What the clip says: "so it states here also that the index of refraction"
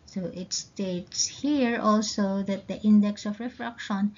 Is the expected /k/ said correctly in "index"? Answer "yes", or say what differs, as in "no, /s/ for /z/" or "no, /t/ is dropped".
yes